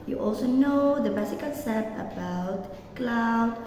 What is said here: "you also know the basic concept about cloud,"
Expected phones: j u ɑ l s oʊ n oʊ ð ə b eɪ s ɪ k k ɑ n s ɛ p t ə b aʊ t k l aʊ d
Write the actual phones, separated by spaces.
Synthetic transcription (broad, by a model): j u ɑ l s oʊ n oʊ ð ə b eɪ s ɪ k k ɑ l s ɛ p ə b aʊ t k l aʊ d